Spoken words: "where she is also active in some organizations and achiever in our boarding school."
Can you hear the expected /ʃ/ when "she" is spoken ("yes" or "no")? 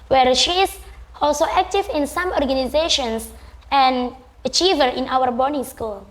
yes